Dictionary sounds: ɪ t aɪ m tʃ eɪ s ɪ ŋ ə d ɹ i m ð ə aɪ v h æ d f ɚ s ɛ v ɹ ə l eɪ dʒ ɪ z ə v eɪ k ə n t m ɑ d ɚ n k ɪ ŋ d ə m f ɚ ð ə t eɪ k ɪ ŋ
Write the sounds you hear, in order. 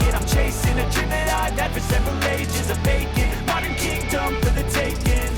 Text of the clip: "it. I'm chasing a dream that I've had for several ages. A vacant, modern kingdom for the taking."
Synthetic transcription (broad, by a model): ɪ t aɪ m tʃ eɪ s ɪ ŋ ə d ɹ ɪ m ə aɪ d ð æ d f ɚ s ɛ v ɹ ə l eɪ dʒ ɪ z ə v eɪ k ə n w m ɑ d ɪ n k ɪ ŋ d ə m f ɚ ð ə t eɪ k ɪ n